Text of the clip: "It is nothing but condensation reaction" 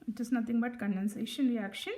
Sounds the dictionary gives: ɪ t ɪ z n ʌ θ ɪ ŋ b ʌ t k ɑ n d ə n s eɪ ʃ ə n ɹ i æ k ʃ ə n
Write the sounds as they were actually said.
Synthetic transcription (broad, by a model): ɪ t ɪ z n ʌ t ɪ ŋ b ʌ t k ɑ n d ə n s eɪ ʃ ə n ɹ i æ k ʃ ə n